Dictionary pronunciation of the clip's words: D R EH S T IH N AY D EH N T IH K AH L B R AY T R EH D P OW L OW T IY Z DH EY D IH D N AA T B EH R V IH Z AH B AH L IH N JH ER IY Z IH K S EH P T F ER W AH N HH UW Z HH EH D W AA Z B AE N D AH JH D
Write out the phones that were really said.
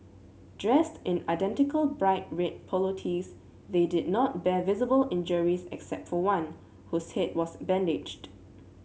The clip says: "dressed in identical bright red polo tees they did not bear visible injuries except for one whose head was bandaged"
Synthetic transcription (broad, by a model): D R EH S T IH N AY D EH N T IH K AH L B R AY T R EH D P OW L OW T IY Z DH EY D IH D N AA T B EH V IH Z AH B AH L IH N JH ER IY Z IH K S EH P T F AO W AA N HH UW S HH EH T W AA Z B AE N D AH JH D